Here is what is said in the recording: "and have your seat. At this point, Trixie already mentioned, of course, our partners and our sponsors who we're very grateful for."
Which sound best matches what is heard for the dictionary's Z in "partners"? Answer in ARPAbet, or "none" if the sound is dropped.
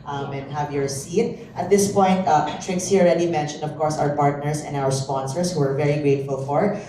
S